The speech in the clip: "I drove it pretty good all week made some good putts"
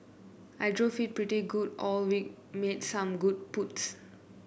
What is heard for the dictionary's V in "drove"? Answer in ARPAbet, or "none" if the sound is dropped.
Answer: F